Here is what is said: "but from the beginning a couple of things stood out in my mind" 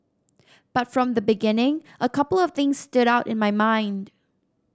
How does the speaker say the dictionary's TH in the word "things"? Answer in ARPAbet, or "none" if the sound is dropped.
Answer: TH